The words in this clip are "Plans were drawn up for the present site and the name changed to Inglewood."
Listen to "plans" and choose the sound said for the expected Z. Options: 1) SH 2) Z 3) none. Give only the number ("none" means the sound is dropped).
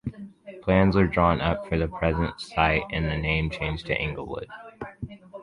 2